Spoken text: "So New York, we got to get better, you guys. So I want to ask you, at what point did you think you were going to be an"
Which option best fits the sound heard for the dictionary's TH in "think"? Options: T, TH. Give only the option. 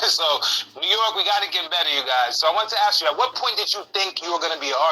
TH